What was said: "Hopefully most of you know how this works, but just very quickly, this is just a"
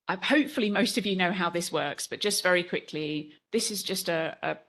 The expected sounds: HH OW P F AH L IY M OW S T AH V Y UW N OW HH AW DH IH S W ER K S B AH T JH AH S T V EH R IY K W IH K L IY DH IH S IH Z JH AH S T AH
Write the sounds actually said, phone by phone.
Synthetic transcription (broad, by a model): HH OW P F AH L IY M OW S T AH V Y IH N OW HH AW DH IH S W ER K S B AH T JH AH S T V EH R IY K W IH K L IY DH IH S IH Z JH AH S T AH